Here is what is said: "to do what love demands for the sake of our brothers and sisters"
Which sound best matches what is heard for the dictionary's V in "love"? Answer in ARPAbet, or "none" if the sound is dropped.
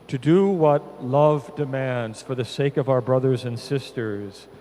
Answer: V